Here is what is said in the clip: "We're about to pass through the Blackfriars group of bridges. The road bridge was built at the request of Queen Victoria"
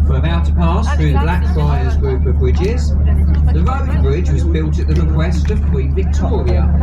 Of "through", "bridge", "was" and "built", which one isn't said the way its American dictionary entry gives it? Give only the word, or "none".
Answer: none